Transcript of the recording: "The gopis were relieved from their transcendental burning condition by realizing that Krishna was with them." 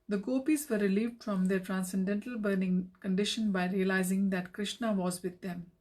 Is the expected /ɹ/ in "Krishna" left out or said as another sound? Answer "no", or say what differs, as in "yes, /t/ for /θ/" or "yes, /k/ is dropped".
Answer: no